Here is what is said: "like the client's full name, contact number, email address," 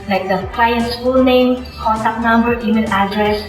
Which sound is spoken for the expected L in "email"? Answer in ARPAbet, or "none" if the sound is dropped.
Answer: N